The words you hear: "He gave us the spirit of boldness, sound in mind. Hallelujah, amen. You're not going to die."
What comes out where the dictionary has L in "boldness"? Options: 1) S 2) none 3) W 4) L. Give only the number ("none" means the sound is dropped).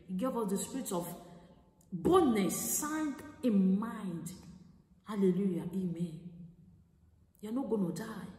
2